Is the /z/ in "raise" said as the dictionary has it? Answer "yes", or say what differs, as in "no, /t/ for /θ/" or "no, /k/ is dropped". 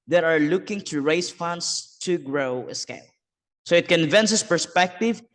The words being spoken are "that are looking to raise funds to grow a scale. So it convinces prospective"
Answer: no, /s/ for /z/